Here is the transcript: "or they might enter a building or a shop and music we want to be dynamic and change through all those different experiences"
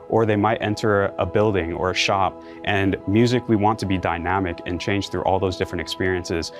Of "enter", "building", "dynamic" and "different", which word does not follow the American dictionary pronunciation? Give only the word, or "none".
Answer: none